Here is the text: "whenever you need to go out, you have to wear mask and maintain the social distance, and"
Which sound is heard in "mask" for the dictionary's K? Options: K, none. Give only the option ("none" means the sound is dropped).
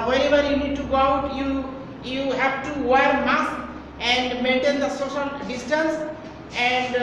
none